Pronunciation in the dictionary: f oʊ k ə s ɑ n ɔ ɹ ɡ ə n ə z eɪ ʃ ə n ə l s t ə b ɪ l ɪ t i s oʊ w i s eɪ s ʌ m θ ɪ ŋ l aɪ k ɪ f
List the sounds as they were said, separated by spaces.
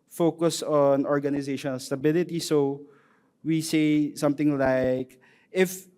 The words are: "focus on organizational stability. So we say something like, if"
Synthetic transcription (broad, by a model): f oʊ k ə s ɑ n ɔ ɹ ɡ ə n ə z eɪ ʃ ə n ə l s t ə b ɪ l ɪ t i s oʊ w i s eɪ s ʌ m t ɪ ŋ l aɪ k ɪ f